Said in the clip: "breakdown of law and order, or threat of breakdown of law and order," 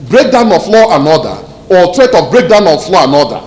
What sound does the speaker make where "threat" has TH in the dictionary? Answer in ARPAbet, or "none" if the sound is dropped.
T